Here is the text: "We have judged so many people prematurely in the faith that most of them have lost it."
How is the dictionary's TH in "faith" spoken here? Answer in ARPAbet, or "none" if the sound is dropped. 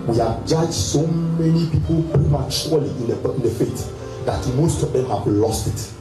T